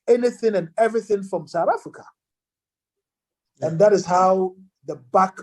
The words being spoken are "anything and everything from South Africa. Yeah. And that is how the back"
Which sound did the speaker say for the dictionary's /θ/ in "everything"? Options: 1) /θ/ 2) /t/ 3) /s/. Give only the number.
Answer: 1